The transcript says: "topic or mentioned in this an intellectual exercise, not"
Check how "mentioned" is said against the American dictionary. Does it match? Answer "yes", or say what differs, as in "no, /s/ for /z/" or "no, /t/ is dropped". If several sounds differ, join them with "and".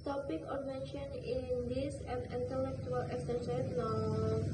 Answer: no, /d/ is dropped